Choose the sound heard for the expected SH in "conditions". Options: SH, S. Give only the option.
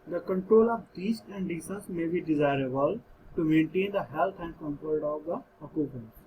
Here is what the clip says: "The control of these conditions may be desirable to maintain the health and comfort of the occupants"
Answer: S